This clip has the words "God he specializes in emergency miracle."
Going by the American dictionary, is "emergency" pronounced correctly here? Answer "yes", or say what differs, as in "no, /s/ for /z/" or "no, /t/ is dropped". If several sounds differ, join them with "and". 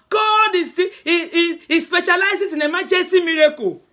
no, /n/ is dropped